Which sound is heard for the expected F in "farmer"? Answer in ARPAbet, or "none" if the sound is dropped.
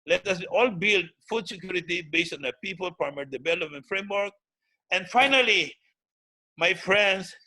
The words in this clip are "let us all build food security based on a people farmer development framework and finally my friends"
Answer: P